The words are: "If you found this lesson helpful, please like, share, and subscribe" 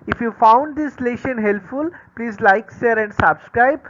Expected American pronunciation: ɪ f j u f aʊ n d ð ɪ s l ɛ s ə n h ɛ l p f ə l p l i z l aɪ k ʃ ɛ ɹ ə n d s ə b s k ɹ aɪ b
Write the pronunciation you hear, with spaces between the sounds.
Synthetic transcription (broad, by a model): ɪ f j u f aʊ n d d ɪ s l ɛ ʃ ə n h ɛ l p f ə l p l i z l aɪ k s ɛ ɹ ə n d s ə b s k ɹ aɪ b